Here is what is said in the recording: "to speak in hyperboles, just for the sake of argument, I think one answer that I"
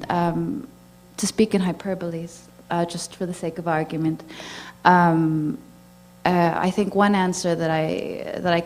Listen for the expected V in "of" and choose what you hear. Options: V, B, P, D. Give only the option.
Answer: V